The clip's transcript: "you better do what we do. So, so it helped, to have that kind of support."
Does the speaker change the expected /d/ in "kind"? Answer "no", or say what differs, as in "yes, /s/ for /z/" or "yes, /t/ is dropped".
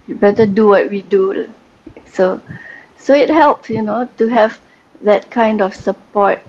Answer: no